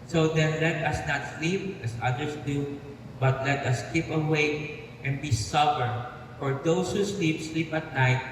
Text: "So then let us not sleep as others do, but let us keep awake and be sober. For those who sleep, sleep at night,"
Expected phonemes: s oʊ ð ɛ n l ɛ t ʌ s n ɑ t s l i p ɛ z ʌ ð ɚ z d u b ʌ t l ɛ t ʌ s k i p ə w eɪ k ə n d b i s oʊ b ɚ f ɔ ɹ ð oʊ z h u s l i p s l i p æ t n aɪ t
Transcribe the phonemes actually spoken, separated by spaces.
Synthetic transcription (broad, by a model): s oʊ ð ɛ n l ɛ t ʌ s n ɑ t s l i p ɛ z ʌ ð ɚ s d u b ʌ t l ɛ t ʌ s k i p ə w eɪ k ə n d b i s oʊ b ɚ f ɔ ɹ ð oʊ s h u s l i p s l i p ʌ t n aɪ t